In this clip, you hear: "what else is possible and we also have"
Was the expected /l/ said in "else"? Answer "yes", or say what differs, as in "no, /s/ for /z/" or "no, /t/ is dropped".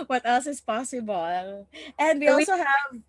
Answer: yes